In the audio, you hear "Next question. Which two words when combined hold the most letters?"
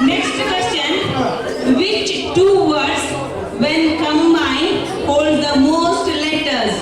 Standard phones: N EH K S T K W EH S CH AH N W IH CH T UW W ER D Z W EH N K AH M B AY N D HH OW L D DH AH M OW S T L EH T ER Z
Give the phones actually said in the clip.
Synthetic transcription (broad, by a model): N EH K S T K W EH S CH AH N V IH CH T UW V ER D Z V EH N K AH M AY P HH OW L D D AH M OW S T L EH T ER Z